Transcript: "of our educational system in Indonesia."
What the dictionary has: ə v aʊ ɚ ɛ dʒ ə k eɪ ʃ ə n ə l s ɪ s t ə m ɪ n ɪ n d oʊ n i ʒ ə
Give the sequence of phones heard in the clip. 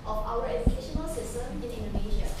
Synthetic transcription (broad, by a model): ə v aʊ ɚ ɛ dʒ ə k eɪ ʃ ə n ə l s ɪ s t ə m ɪ n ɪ n d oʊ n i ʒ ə